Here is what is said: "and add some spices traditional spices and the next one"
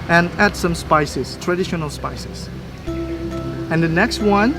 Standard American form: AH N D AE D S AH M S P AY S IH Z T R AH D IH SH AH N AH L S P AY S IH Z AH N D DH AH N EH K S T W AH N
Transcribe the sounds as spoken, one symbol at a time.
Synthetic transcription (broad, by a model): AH N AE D S AH M S P AY S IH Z T R AH D IH SH AH N AH L S P AY S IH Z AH N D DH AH N EH K S T W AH N